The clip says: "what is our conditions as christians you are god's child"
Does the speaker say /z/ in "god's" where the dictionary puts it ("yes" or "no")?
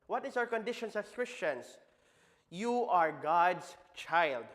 no